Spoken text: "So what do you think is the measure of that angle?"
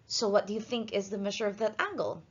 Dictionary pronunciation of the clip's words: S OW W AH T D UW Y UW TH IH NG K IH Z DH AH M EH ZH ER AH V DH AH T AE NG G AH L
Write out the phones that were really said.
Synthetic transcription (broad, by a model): S OW W AH T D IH Y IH TH IH NG K IH Z DH AH M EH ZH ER AH V DH AH T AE NG G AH L